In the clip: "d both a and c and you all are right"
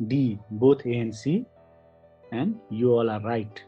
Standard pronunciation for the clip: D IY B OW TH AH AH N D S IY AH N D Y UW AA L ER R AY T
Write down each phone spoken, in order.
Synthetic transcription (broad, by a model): D IY B OW T AH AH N S IY AH N D Y UW AA L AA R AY T